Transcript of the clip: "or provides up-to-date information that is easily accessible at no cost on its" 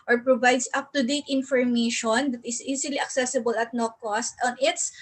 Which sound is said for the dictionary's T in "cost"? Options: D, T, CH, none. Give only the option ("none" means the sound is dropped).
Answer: T